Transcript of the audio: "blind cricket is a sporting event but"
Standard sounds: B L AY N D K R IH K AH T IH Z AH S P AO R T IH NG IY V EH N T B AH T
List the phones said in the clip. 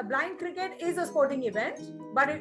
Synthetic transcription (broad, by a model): B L AY N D K R IH K AH T IH Z AH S P AO R T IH NG IY V EH N T B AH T